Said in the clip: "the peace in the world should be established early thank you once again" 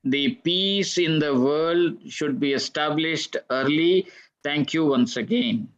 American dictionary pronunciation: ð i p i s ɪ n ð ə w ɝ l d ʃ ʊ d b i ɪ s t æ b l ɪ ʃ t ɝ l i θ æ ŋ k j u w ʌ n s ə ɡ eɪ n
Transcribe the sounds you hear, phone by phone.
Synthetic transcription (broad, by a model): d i p i s ɪ n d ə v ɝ l d ʃ ʊ d b i ɪ s t æ b l ɪ ʃ t ɝ l i t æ ŋ k j u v ʌ n s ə ɡ eɪ n